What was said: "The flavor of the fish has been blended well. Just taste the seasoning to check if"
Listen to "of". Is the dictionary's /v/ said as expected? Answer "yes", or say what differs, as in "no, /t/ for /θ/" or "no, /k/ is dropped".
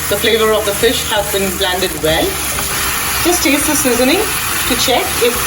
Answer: yes